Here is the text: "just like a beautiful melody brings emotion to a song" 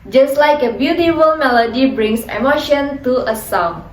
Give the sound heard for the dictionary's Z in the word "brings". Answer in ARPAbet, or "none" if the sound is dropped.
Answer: S